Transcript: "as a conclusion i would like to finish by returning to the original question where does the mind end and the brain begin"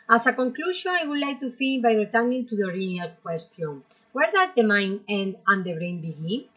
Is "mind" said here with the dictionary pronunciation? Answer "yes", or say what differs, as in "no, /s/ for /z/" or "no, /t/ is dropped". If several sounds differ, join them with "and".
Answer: no, /d/ is dropped